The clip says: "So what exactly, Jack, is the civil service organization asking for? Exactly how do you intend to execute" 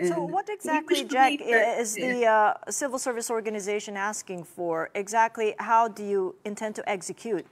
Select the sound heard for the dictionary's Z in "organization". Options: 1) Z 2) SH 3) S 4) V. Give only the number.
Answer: 1